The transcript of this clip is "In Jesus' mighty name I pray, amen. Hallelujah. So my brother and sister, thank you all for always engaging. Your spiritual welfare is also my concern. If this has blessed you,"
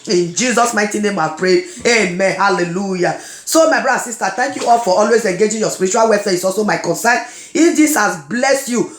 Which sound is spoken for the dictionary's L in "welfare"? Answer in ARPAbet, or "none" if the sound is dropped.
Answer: none